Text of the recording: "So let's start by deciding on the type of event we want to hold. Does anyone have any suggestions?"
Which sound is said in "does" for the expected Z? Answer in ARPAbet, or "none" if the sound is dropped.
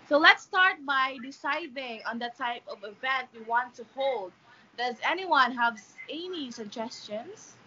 Z